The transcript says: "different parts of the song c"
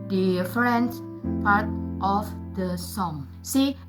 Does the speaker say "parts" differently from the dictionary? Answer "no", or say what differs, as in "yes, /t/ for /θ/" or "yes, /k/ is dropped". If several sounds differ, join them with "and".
yes, /s/ is dropped